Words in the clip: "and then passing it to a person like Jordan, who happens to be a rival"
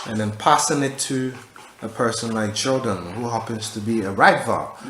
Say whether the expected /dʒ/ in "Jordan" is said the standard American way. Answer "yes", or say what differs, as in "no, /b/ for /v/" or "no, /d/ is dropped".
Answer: no, /tʃ/ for /dʒ/